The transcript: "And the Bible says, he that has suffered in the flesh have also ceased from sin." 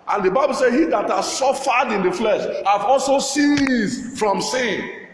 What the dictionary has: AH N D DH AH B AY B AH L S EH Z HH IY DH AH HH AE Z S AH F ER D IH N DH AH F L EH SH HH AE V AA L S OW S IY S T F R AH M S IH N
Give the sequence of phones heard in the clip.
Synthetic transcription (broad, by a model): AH N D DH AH B AY B AH L S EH HH IY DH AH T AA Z S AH F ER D IH N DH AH F L EH SH HH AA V AA L S OW S IY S F R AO M S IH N